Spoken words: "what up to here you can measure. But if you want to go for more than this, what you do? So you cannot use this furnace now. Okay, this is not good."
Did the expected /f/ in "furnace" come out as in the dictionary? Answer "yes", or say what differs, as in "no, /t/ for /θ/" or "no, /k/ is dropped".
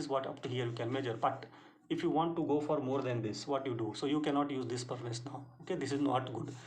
no, /p/ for /f/